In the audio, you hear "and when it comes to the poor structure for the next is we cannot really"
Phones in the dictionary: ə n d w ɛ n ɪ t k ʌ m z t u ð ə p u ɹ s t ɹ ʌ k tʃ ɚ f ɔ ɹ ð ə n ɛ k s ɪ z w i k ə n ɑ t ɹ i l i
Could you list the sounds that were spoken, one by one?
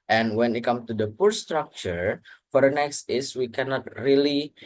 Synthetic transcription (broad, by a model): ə n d w ɛ n ɪ t k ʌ m t u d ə p u ɹ s t ɹ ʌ k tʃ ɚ f ɔ ɹ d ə n ɛ k s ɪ s w i k ə n ɑ t ɹ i l i